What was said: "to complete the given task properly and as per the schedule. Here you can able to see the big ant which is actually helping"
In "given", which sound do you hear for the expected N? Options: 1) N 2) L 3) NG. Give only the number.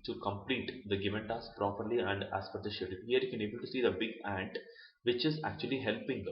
1